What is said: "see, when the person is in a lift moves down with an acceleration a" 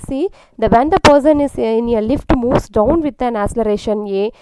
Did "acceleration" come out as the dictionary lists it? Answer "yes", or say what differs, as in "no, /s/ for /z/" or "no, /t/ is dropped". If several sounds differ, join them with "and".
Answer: no, /k/ is dropped